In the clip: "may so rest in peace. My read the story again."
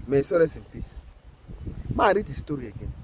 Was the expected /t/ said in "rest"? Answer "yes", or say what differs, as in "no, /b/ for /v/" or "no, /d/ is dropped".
no, /t/ is dropped